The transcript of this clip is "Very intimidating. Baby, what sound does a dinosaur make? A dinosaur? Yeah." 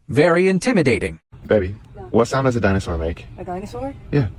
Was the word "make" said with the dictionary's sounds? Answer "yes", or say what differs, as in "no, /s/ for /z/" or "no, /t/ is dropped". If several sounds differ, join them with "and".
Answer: no, /k/ is dropped